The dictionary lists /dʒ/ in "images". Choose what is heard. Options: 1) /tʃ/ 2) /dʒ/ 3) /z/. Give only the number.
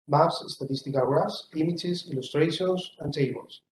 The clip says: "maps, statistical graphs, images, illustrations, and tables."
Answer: 1